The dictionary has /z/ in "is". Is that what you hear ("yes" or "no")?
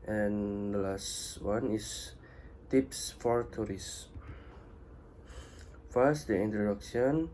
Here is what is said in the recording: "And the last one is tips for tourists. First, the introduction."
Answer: no